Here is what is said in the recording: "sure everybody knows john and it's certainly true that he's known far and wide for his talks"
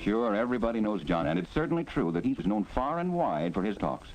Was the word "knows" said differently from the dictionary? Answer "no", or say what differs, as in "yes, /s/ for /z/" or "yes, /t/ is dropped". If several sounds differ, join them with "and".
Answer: no